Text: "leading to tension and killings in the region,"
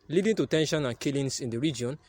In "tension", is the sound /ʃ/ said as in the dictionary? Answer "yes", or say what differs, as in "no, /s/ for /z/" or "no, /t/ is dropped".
yes